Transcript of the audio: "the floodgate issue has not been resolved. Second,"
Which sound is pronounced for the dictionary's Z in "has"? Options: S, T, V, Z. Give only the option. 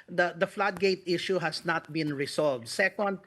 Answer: S